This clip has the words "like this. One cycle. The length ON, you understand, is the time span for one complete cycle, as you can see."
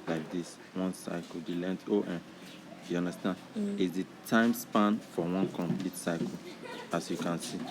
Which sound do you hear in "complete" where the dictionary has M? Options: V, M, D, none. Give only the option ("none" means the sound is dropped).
M